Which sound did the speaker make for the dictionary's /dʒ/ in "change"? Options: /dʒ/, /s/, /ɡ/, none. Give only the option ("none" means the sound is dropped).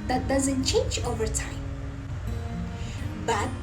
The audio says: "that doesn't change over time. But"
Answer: /dʒ/